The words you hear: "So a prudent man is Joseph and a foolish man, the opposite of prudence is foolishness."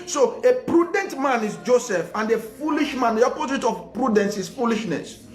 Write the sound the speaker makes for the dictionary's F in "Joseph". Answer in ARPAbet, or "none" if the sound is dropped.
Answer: F